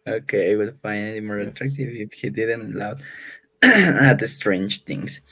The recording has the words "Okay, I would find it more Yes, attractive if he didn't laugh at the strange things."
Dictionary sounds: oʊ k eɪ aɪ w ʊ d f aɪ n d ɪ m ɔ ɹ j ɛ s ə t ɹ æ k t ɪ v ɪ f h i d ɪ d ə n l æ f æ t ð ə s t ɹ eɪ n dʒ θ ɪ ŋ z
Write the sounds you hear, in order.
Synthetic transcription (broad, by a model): oʊ k eɪ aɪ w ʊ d f aɪ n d ɪ m ɔ ɹ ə t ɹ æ k t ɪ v ɪ f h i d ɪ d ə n l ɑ ʊ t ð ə s t ɹ eɪ n dʒ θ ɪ ŋ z